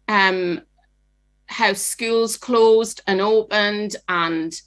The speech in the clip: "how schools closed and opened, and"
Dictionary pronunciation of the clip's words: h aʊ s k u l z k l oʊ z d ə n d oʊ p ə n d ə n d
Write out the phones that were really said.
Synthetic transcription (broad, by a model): h aʊ s k u l z k l oʊ z d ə n oʊ p ə n d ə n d